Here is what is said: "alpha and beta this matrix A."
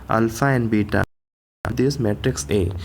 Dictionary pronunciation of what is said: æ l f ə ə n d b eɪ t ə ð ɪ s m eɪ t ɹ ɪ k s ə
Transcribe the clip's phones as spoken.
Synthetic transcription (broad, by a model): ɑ l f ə ə n d b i t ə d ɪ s m eɪ t ɹ ɪ k s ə